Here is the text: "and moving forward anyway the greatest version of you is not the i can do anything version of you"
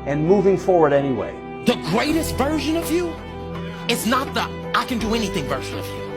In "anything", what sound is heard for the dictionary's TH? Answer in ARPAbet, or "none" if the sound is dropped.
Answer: TH